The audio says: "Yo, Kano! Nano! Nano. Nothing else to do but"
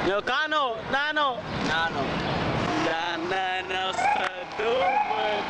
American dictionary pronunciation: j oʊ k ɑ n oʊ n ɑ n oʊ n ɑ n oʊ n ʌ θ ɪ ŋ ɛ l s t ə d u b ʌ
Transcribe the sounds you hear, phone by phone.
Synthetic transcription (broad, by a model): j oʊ k ɑ n oʊ n ɑ n oʊ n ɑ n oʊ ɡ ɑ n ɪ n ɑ s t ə d u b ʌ